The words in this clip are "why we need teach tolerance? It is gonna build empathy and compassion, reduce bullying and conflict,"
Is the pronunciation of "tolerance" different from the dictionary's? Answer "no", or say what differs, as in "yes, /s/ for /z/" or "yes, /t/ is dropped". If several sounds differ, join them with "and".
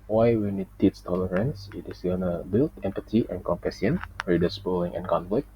no